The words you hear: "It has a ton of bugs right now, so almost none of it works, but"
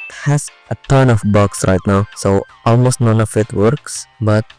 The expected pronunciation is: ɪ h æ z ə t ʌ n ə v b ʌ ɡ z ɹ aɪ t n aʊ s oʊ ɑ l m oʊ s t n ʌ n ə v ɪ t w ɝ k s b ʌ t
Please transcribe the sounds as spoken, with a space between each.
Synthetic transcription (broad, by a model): h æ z ə t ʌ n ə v b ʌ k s ɹ aɪ t n aʊ s oʊ ɑ l m oʊ s t n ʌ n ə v ɪ t w ɝ k s b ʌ t